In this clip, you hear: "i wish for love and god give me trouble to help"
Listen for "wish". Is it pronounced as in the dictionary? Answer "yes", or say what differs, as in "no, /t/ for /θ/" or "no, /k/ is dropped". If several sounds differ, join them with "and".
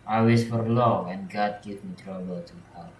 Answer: no, /s/ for /ʃ/